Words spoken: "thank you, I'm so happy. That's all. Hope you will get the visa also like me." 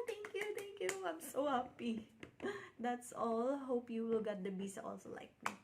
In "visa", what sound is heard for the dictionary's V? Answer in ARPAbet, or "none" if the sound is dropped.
B